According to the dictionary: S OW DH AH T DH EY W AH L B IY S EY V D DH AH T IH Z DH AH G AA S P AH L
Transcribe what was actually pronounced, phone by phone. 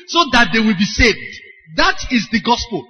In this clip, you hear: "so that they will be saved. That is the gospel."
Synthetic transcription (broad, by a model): S OW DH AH T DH EY W AH L B IY S EY V D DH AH T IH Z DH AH G AA S P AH L